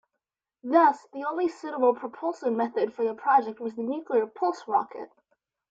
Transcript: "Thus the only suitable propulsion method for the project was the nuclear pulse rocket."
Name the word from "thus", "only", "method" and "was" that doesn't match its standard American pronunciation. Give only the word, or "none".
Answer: none